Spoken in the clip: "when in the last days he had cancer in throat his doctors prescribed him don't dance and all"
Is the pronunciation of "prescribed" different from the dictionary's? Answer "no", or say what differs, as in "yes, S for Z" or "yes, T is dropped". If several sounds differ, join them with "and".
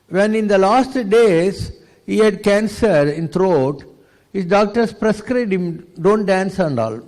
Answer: yes, B is dropped